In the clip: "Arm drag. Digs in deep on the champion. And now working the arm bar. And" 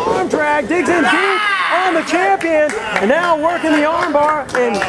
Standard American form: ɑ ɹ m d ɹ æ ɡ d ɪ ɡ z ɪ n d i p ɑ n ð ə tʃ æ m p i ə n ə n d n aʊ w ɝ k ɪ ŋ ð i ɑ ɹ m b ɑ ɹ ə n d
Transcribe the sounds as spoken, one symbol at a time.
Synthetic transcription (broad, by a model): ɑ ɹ m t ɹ æ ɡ d ɪ ɡ z ɪ n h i ɑ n ð ə tʃ æ m p i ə n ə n n aʊ w ɝ k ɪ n ð i ɑ ɹ m b ɑ ɹ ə n